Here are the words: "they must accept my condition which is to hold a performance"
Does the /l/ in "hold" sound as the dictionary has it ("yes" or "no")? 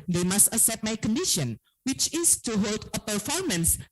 yes